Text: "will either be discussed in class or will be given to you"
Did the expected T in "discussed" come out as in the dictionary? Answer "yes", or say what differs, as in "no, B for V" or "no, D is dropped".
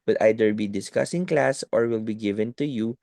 no, T is dropped